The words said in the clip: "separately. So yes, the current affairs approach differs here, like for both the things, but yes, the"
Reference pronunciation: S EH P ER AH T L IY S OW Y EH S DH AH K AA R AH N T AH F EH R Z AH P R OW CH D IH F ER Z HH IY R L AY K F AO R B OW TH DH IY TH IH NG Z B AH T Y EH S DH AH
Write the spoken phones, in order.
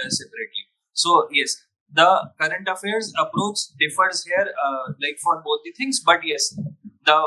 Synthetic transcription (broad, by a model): S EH P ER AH T L IY S OW Y EH S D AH K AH R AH N T AH F EH R Z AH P R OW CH D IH F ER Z HH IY R L AY K F AO R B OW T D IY T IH NG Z B AH T Y EH S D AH